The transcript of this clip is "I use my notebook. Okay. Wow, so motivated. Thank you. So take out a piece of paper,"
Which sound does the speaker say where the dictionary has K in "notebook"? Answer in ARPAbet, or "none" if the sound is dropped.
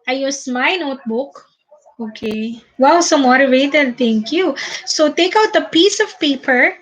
K